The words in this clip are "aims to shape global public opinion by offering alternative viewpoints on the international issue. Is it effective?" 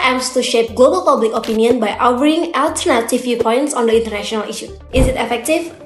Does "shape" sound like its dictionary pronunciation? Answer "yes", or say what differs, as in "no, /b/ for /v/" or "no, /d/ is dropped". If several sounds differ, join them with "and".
yes